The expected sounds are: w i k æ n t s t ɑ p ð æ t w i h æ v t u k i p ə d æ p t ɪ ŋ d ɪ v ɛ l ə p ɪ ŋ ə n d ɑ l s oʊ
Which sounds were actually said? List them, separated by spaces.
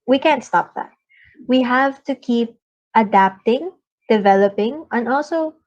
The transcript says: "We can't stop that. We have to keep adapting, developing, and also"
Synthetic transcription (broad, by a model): w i k æ n t s t ɑ p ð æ t w i h æ v t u k i p ə d æ p t ɪ ŋ d ɪ v ɛ l ə p ɪ ŋ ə n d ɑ l s oʊ